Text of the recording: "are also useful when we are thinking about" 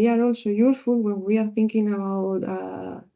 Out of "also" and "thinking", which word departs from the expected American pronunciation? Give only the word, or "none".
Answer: none